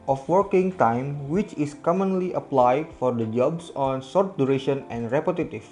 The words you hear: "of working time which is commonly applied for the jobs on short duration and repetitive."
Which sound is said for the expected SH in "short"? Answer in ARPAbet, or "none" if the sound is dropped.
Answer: S